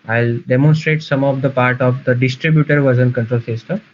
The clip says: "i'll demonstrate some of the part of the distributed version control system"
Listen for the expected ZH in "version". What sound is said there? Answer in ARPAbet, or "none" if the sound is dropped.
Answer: Z